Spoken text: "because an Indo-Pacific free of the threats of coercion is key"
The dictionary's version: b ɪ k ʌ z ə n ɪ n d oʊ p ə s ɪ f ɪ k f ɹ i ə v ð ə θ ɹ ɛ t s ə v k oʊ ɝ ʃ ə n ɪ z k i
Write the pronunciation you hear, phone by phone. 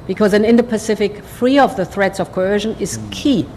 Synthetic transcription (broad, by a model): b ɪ k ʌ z ə n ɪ n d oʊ p ə s ɪ f ɪ k f ɹ i ə v ð ə θ ɹ ɛ t s ə v k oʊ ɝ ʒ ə n ɪ z k i